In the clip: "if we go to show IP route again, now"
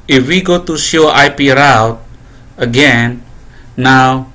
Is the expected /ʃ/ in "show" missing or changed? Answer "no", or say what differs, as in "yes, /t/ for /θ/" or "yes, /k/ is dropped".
yes, /s/ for /ʃ/